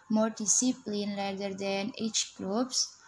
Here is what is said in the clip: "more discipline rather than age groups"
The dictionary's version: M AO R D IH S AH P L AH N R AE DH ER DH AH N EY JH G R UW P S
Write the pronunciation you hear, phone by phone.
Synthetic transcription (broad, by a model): M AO R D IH S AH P L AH N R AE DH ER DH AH N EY CH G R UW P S